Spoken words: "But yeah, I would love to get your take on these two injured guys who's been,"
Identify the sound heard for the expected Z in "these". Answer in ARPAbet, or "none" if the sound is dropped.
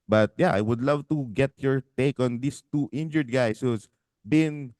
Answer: S